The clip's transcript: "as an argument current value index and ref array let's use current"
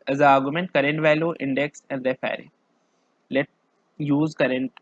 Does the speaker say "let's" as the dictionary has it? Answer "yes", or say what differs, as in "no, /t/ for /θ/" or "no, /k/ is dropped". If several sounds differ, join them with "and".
no, /s/ is dropped